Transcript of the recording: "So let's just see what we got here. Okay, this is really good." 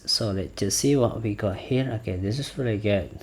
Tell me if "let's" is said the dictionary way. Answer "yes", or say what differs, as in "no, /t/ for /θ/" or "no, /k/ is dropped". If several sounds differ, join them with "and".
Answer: no, /s/ is dropped